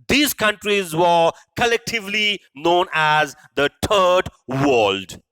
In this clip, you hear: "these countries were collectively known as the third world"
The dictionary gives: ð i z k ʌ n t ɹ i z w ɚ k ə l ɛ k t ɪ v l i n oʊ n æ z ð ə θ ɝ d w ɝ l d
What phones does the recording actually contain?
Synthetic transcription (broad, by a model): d i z k ʌ n t ɹ i z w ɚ k ə l ɛ k t ɪ v l i n oʊ n æ z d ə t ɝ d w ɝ l d